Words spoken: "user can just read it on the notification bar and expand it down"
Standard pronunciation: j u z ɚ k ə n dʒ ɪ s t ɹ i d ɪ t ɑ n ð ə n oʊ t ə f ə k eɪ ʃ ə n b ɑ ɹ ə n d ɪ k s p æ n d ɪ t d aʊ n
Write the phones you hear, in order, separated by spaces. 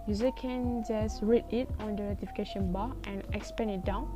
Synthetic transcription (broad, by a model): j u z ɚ k ə n dʒ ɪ s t ɹ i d ɪ t ɑ n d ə n oʊ t ə f ə k eɪ ʃ ə n b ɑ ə n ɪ k s p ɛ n ɪ t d aʊ n